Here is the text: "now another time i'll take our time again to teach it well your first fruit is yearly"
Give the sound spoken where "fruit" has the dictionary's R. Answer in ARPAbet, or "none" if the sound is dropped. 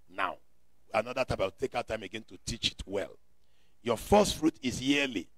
R